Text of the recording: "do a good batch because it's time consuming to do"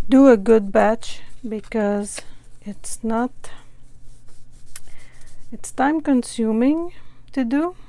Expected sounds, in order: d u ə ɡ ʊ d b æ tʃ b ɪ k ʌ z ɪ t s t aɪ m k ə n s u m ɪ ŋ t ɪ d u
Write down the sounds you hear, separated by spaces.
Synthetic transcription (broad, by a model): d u ə ɡ ʊ d b æ tʃ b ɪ k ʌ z ɪ t s t aɪ m k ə n s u m ɪ ŋ t ɪ d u